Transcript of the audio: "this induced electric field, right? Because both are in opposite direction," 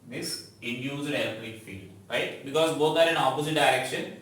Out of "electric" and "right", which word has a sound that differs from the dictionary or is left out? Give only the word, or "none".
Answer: electric